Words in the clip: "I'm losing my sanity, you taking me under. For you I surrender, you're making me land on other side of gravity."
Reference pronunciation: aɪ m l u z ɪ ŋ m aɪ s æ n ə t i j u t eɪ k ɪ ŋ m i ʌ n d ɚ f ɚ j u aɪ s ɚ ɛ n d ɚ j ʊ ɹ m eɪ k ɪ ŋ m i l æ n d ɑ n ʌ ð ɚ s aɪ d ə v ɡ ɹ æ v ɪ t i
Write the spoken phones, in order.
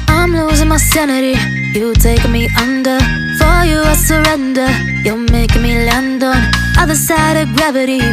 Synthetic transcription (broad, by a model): aɪ m l u z ɪ ŋ m aɪ s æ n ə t i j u t eɪ ɪ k m i ʌ n d ɚ f ɚ j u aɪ s ɚ ɛ n d ɚ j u l m eɪ ɪ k m i l æ n d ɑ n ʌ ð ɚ s aɪ d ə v ɡ ɹ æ v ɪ t i